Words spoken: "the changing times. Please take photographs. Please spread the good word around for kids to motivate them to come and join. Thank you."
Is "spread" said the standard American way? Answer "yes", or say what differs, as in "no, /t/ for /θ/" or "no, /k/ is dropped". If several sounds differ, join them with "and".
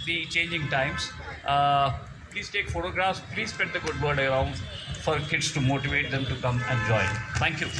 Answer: no, /ɹ/ is dropped